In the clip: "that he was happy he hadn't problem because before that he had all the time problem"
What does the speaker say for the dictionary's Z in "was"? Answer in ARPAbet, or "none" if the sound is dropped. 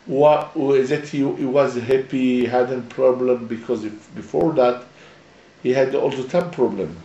Z